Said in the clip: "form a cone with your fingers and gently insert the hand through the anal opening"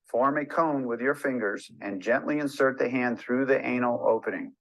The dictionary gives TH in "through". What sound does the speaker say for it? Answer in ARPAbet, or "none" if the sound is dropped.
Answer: TH